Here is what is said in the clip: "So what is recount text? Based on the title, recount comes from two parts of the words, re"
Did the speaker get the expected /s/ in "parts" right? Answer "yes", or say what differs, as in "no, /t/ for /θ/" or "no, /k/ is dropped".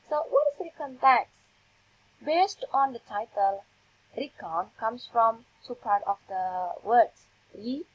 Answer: no, /s/ is dropped